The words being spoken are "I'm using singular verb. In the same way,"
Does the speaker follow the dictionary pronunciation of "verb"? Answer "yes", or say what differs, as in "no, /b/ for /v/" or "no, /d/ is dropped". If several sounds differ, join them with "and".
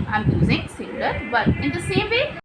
no, /b/ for /v/